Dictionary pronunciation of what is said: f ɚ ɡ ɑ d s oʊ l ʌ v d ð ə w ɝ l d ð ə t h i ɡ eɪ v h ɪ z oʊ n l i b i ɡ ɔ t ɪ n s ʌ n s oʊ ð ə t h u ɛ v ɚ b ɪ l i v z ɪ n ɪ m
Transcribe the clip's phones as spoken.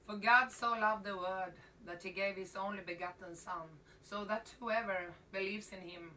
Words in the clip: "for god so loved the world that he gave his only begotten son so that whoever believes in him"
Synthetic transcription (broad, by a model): f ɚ ɡ ɑ d s oʊ l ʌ v ð ə w ɝ d ð ə t h i ɡ eɪ v h ɪ z oʊ n l i b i ɡ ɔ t n s ʌ n s oʊ ð ə t h u ɛ v ɚ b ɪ l i v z ɪ n ɪ m